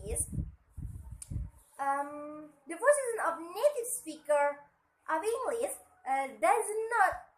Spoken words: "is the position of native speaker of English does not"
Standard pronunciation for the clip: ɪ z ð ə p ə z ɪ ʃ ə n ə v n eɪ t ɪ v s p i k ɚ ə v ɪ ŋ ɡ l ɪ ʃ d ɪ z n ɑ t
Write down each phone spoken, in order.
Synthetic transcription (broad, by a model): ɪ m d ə f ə s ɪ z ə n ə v n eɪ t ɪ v s p i k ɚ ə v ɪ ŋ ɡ l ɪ s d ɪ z n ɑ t